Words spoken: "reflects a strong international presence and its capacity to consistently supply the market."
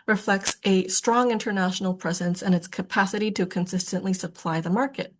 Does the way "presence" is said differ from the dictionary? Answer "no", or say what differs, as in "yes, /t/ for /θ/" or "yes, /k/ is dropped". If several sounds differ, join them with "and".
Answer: no